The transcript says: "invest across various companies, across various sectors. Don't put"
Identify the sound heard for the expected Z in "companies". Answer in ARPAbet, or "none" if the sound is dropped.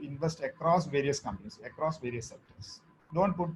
S